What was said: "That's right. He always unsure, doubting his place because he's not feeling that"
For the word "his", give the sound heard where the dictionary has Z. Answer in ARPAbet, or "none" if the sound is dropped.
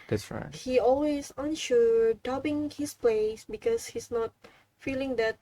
S